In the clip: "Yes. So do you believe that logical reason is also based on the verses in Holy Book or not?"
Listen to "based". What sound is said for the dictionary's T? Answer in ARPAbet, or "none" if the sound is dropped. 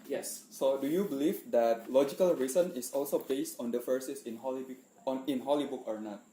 T